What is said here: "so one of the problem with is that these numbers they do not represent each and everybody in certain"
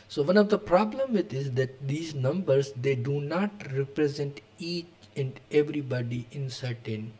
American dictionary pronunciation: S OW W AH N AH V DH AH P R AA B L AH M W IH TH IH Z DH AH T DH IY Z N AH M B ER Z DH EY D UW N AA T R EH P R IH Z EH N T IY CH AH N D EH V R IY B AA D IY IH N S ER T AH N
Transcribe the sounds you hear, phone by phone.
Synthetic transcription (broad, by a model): S OW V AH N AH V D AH P R AA B L AH M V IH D IH Z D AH T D IY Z N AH M B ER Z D EY D UW N AA T R EH P R IH Z EH N T IY CH AH N D EH V R IY B AA D IY IH N S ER T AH N